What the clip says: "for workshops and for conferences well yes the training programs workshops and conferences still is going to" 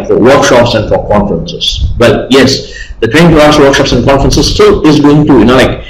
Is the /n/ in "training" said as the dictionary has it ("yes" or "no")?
no